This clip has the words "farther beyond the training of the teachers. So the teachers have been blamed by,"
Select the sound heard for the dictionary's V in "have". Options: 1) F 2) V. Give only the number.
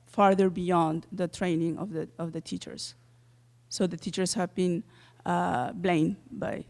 2